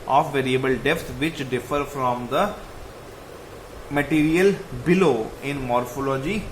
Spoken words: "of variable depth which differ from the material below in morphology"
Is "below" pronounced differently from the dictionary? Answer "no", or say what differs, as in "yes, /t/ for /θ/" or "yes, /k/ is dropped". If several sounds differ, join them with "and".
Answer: no